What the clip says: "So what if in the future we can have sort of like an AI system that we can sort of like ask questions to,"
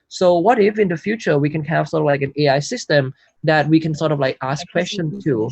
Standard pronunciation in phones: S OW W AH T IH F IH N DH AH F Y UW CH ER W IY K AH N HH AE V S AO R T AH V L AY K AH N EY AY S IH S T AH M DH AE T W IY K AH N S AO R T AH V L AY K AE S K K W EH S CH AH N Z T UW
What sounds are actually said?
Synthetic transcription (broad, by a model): S OW W AH T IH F IH N DH AH F Y UW CH ER W IY K AH N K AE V S AO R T AH V L AY K AH N EY AY S IH S T AH M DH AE T W IY K AH N S AO R T AH V L AY K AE S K K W EH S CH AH N T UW